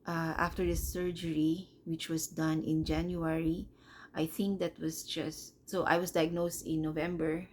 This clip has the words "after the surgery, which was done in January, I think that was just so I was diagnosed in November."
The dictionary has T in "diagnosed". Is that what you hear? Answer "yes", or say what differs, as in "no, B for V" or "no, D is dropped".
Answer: yes